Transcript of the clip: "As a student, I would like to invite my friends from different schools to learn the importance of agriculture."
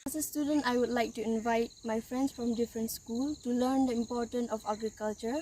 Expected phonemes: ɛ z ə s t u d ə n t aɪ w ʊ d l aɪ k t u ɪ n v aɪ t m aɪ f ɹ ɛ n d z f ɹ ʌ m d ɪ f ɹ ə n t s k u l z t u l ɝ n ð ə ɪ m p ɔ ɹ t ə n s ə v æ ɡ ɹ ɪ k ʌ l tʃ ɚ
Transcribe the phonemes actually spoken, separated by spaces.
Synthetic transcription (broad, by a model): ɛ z ə s t u d ə n t aɪ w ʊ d l aɪ k t u ɪ n v aɪ t m aɪ f ɹ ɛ n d s f ɹ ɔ m d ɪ f ɹ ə n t s k u l t u l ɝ n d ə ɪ m p ɔ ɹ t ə n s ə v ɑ ɡ ɹ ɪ k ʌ l tʃ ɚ